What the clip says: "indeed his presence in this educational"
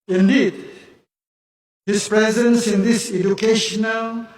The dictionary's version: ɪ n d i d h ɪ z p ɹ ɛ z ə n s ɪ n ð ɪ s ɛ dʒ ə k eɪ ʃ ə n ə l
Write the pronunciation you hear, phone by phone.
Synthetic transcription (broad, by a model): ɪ n d i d h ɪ s p ɹ ɛ z ə n s ɪ n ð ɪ s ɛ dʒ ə k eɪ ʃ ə n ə l